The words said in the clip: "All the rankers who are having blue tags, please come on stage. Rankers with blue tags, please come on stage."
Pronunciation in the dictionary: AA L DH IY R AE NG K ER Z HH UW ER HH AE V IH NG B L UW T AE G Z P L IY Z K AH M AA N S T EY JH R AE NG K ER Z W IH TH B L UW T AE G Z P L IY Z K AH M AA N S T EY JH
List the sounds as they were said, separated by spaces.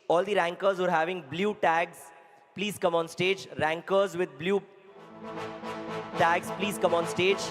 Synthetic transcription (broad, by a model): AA L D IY R AE NG K ER Z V ER HH AE V IH NG B L UW T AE G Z P L IY Z K AH M AA N S T EY JH R AE NG K ER Z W IH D B L UW T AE G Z P L IY Z K AH M AA N S T EY JH